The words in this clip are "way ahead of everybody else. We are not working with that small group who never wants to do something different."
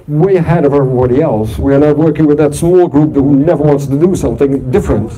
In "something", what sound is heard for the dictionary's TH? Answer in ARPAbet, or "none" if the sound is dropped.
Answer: TH